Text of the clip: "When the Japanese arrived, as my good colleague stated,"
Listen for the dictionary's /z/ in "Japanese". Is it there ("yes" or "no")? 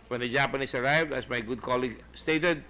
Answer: no